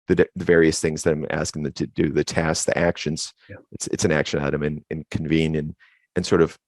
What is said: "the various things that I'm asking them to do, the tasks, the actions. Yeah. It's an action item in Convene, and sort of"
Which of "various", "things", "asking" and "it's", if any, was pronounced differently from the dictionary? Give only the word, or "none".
none